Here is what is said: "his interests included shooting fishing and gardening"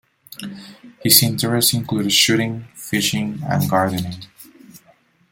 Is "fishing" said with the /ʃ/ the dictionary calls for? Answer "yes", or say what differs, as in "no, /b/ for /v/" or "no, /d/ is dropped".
yes